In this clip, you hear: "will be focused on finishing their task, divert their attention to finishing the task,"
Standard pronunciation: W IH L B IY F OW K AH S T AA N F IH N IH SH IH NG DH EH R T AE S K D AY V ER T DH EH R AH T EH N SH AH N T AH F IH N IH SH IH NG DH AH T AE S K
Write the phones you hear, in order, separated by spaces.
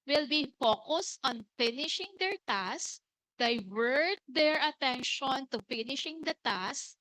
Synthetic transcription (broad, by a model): W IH L B IY F OW K AH S T AA N F IH N IH SH IH NG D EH R T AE S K D AY V ER T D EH R AH T EH N SH AH N T AH F IH N IH SH IH NG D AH T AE S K